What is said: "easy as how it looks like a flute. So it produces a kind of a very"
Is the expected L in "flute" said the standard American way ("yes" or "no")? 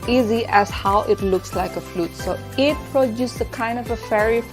yes